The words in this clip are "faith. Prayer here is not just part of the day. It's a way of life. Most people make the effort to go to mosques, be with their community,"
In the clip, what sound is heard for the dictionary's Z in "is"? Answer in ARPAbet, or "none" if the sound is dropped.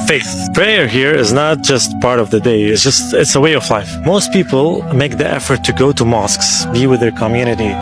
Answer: Z